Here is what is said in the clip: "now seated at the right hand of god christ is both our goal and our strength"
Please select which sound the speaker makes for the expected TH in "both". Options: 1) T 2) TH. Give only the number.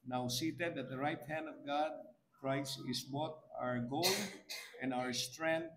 1